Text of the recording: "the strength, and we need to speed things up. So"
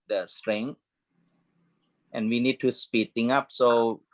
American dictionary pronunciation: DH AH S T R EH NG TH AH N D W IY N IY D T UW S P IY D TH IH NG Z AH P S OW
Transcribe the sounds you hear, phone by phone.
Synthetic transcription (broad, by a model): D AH S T R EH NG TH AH N W IY N IY D T UW S P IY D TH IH NG AH P S OW